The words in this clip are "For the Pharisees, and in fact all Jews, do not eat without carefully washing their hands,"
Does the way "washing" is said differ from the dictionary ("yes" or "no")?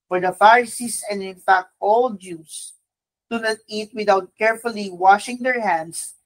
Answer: no